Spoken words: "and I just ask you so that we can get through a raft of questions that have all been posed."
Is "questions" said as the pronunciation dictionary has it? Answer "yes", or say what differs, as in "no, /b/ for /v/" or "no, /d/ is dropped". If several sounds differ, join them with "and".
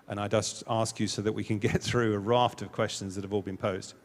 yes